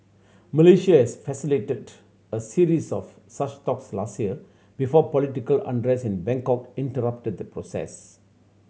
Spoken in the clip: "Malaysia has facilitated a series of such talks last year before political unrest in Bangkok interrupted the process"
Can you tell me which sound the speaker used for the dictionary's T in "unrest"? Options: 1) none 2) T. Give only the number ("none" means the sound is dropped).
1